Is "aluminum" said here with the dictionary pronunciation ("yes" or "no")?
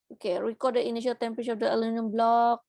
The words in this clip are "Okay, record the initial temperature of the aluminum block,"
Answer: no